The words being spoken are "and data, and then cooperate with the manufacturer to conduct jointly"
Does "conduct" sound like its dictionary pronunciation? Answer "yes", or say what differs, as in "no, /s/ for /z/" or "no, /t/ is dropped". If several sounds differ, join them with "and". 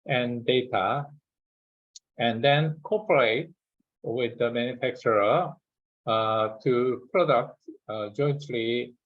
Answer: no, /n/ is dropped